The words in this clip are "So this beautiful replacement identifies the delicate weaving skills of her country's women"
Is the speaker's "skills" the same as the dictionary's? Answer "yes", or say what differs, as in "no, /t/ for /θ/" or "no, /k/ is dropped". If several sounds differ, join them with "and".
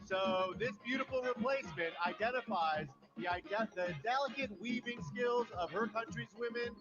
yes